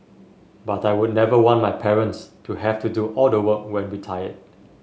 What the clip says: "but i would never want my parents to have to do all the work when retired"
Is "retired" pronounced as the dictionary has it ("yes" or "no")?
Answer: no